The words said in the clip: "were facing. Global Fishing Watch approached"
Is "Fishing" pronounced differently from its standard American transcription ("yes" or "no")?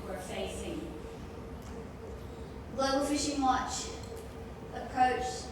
no